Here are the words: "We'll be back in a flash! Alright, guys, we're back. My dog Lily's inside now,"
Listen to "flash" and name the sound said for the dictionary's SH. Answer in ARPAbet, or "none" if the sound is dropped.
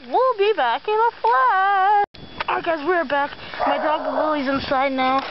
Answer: none